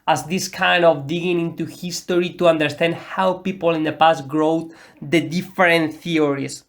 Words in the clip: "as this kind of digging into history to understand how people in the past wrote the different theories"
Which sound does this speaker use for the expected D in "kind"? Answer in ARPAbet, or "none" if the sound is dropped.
D